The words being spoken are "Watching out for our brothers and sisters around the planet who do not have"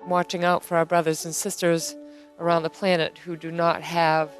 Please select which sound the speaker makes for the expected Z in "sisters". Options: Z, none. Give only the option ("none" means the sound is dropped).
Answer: Z